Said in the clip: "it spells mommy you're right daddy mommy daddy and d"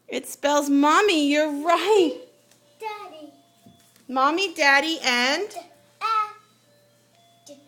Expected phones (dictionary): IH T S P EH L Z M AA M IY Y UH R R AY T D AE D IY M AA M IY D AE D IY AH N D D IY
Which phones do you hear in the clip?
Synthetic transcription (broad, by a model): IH T S P EH L Z M AA M IY Y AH R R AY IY M AA M IY D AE D IY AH N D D